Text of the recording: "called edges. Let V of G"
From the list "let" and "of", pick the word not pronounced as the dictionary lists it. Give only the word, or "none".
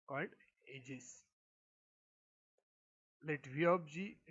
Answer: of